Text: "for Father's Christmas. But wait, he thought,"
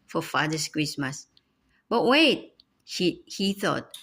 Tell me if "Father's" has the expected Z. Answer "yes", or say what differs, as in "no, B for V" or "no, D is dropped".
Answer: no, S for Z